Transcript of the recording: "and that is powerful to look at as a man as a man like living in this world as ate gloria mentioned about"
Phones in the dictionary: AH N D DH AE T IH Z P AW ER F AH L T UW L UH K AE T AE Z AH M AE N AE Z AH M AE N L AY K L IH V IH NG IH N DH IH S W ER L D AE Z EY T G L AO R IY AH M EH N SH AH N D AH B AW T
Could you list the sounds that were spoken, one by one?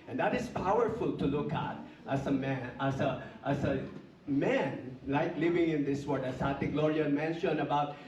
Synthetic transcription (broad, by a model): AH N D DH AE T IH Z P AW ER F AH L T UW L UH K AE T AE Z AH M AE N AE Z AH M AE N L AY K L IH V IH NG IH N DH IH S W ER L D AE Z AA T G L AO R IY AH M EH N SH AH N AH B AW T